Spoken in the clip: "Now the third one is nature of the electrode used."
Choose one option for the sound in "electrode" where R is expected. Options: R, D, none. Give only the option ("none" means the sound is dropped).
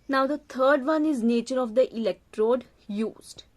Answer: R